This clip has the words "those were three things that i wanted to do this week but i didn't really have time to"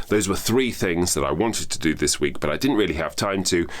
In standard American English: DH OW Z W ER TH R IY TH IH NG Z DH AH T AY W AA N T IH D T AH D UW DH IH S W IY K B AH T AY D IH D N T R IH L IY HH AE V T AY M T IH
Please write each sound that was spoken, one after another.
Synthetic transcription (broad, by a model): DH OW Z W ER TH R IY TH IH NG Z DH AH T AY W AA N T IH D T AH D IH DH IH S W IY K B AH T AY D IH D N T R IH L IY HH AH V T AY M T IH